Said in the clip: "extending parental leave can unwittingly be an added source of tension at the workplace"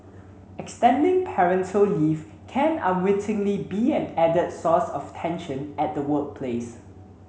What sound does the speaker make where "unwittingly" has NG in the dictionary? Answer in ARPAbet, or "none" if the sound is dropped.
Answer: NG